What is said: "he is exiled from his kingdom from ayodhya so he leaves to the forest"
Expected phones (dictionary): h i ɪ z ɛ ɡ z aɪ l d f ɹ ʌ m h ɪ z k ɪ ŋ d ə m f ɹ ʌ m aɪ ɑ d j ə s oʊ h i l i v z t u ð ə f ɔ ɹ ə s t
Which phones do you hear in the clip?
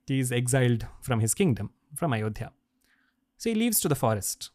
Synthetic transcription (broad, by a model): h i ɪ z ɛ ɡ z aɪ l d f ɹ ʌ m h ɪ z k ɪ ŋ d ə m f ɹ ʌ m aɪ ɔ d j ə s oʊ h i l i v z t u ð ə f ɔ ɹ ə s t